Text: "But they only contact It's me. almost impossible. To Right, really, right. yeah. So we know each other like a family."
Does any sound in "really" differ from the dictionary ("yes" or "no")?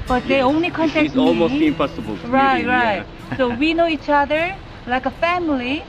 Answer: yes